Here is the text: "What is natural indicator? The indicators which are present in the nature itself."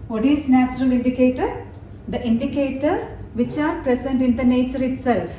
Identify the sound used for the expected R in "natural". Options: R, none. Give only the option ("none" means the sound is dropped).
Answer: R